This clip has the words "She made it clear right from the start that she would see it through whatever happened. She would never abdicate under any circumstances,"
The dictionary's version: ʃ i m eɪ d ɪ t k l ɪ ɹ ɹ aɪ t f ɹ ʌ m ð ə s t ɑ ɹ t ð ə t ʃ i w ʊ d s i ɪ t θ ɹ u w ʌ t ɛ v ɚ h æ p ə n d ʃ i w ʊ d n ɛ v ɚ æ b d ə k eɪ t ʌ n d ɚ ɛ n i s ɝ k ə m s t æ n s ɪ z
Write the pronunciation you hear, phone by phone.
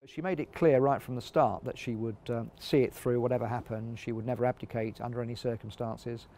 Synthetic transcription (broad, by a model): ʃ i m eɪ d ɪ t k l ɪ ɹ ɹ aɪ t f ɹ ʌ m ð ə s t ɑ ɹ t ð ə t ʃ i w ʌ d s i ɪ t θ ɹ u w ʌ t ɛ v ɚ h æ p ə n d ʃ i w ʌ d n ɛ v ɚ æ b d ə k eɪ t ʌ n d ɚ ɛ n i s ɝ k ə m s t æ n s ɪ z